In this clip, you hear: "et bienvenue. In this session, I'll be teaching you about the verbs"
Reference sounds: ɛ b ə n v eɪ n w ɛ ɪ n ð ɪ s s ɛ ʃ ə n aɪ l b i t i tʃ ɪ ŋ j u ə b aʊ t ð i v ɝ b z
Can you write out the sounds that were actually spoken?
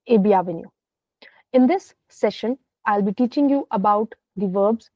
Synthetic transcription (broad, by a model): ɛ b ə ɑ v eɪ n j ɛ ɪ n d ɪ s s ɛ ʃ ə n aɪ l b i t i tʃ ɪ ŋ j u ə b aʊ t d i v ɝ b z